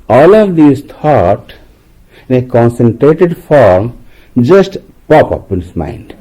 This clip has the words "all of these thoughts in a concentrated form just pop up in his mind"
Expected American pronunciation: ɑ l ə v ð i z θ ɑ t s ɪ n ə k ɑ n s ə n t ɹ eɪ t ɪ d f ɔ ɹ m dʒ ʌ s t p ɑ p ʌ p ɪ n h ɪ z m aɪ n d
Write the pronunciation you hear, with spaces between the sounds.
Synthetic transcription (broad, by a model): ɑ l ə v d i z t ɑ t ɪ n ə k ɑ n s ə n t ɹ eɪ t ɪ d f ɔ ɹ m dʒ ʌ s t p ɑ p ʌ p ɪ n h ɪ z m aɪ n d